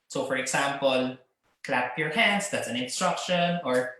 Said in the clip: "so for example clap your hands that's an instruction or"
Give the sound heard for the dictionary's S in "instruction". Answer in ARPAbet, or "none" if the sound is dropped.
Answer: S